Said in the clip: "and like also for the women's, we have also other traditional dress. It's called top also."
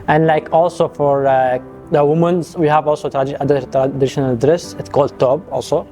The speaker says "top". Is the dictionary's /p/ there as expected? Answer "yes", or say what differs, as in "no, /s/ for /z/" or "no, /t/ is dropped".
no, /b/ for /p/